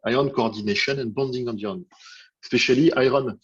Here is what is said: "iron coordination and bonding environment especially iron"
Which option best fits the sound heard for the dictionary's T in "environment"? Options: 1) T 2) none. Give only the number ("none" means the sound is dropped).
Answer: 2